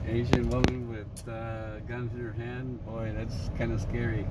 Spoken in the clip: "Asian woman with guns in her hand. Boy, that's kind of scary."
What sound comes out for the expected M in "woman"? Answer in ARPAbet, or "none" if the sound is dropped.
none